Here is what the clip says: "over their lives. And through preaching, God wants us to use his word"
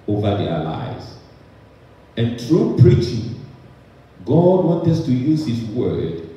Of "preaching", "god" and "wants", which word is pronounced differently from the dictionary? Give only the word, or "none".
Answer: wants